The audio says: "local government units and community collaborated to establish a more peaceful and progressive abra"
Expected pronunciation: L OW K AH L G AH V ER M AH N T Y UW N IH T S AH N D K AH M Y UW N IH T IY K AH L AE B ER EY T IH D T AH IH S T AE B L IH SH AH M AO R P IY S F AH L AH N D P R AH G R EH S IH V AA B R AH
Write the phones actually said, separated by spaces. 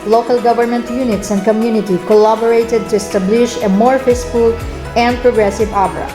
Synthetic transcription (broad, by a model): L OW K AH L G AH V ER M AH N T Y UW N IH T S AH N D K AH M Y UW N IH T IY K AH L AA B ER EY T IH D T AH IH S T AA B L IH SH AH M AO R F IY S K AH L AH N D P R AH G R EH S IH V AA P R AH